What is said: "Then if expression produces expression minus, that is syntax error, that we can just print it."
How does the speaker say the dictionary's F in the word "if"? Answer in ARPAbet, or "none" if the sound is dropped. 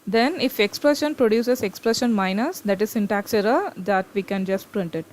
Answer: F